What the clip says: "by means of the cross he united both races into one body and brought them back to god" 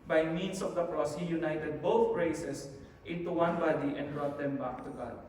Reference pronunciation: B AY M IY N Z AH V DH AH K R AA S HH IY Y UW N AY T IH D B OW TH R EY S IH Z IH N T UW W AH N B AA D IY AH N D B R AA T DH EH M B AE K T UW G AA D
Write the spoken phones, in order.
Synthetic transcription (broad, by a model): B AY M IY N S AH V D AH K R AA S HH IY Y UW N AY T IH D B OW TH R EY S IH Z IH N T UW W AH N B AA D IY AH N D B R AA T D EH M B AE K T UW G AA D